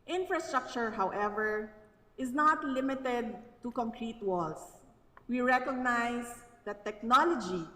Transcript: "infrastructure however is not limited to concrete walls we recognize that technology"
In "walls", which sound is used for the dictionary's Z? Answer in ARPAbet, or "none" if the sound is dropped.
S